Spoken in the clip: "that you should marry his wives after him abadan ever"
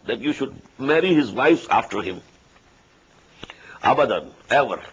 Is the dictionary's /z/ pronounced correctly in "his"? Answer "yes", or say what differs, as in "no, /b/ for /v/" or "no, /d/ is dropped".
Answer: yes